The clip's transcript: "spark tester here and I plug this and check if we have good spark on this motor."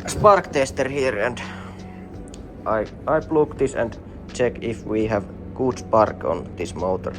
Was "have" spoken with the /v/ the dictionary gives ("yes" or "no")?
yes